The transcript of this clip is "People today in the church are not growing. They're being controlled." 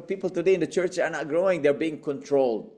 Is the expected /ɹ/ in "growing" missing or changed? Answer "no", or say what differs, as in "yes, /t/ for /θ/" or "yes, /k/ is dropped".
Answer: no